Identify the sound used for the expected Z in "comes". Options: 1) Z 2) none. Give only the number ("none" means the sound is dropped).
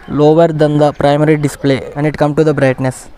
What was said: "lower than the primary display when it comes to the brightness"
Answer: 2